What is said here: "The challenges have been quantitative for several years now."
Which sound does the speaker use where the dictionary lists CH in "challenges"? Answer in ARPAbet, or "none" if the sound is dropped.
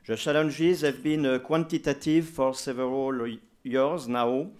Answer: SH